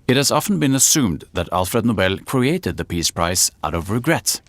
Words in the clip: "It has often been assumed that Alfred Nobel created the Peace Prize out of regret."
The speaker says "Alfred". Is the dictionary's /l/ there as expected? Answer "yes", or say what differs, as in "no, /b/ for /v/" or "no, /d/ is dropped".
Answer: yes